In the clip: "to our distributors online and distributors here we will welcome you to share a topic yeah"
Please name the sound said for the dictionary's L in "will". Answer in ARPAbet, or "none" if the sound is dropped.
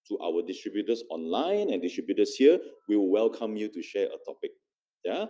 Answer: W